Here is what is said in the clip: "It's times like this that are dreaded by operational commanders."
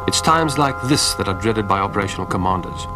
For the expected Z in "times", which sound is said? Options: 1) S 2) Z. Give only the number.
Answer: 2